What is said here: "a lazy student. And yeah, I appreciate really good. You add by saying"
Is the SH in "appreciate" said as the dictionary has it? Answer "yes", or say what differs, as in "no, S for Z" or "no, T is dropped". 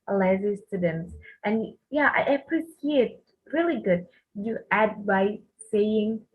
no, S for SH